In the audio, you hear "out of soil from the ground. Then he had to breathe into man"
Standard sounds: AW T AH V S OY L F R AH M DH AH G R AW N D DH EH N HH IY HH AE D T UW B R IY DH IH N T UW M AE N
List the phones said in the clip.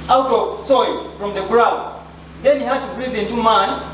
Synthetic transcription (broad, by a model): AW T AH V S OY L F R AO M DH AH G R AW D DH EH N HH IY HH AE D T UW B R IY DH IH N T UW M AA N